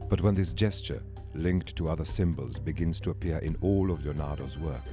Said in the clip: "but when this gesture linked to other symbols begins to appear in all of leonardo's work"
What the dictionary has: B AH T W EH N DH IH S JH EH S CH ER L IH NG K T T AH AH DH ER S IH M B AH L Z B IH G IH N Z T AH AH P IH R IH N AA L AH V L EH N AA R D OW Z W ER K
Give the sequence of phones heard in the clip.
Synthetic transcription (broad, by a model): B AH T W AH N DH IH S JH EH S CH ER L IH NG K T T AH AH DH ER S IH M B AH L Z B IH G IH N Z T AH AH P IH R IH N AA L AH V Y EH N AA R D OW Z W ER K